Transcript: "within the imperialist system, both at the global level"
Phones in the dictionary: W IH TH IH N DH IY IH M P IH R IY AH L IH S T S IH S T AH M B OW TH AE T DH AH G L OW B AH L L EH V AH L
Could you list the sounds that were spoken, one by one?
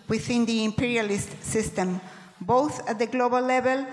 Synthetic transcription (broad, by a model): W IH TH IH N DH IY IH M P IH R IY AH L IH S T S IH S T AH M B OW TH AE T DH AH G L OW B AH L L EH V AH L